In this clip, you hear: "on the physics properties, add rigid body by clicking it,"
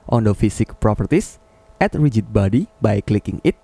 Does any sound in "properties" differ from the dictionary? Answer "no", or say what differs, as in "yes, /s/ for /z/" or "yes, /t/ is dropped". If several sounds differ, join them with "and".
yes, /s/ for /z/